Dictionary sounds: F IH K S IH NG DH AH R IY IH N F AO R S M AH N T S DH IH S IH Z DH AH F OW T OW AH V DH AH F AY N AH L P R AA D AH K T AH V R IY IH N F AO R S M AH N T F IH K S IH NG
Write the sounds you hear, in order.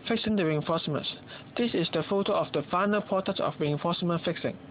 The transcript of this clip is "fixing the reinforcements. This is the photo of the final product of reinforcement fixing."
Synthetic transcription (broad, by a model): F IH K S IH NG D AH R IY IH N F AO S M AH N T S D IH S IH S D AH F OW T OW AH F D AH F AY N AH L P AA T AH T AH F R IY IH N F AO S M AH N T F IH K S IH NG